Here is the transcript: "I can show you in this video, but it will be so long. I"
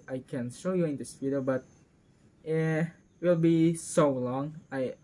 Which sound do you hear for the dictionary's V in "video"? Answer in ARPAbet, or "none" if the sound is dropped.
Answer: P